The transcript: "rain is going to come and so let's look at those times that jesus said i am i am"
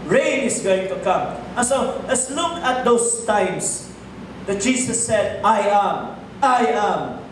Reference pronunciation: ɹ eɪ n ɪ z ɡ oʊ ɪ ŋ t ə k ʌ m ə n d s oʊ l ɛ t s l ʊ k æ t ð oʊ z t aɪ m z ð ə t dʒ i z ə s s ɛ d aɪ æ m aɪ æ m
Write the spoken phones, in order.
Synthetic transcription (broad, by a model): ɹ eɪ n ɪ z ɡ oʊ ɪ ŋ t ə k ʌ m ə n s oʊ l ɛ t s l ʊ k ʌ t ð oʊ s t aɪ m s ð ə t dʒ i s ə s s ɛ d aɪ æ m aɪ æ m